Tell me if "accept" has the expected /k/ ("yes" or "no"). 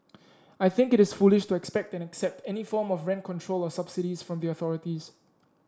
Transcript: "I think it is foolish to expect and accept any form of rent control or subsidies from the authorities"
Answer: yes